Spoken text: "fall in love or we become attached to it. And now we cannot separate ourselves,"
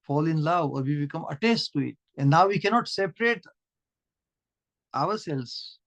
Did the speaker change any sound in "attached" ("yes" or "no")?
yes